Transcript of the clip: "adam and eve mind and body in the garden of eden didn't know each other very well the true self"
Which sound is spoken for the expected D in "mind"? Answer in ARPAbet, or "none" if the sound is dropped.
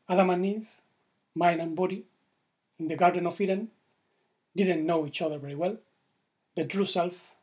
none